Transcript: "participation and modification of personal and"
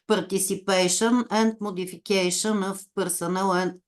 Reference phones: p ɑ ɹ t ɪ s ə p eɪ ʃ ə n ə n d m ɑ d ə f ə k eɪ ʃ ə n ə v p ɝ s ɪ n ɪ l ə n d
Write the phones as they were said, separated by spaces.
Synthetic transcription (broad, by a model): p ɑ ɹ t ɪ s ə p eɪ ʃ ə n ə n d m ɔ d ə f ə k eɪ ʃ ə n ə f p ɝ s ɪ n ɪ l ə n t